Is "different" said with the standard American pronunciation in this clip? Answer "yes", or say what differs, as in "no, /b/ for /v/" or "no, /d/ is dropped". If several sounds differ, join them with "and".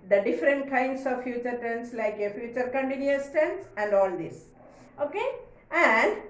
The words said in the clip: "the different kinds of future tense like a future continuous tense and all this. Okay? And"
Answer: yes